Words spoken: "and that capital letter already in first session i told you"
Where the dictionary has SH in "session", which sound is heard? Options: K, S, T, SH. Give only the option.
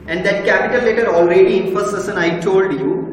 S